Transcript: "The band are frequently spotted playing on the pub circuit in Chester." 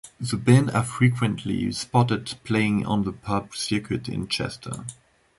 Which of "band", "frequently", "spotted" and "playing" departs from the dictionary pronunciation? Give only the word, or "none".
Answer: band